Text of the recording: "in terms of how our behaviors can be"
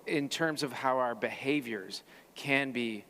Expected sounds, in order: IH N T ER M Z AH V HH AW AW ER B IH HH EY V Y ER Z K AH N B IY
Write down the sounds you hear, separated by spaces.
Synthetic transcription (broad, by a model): IH N T ER M Z AH V HH AW AW ER B IH HH EY V Y ER Z K AH N B IY